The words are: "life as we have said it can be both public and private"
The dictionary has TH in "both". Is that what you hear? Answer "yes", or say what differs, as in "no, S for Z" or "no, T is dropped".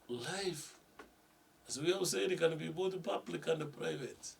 no, T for TH